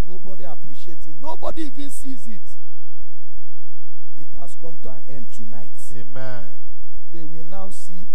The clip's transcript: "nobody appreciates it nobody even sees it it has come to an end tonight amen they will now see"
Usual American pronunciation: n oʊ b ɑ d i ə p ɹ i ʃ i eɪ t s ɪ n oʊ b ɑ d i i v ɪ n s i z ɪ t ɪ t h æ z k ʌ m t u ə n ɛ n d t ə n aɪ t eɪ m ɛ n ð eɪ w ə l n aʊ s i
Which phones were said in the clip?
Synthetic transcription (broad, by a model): n oʊ b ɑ d i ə p ɹ i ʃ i eɪ t ɪ n oʊ b ɑ d i i v ɪ n s i z ɪ t ɪ t h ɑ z k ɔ m t u ə n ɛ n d t ə n aɪ t eɪ m ɛ n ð eɪ w ə l n aʊ s i